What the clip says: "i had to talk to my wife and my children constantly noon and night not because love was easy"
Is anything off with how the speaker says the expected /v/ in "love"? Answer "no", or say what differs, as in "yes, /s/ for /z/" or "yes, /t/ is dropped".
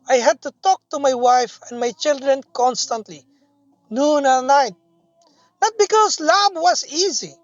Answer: yes, /b/ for /v/